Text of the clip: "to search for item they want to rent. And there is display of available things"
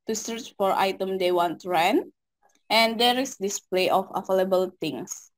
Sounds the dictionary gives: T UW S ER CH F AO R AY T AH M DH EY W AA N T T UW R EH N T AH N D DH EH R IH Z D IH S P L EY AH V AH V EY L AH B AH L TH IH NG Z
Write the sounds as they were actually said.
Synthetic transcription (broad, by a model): T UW S ER CH F AO R AY T AH M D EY W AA N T T UW R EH N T AH N D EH R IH S D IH S P L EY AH F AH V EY L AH B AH L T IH NG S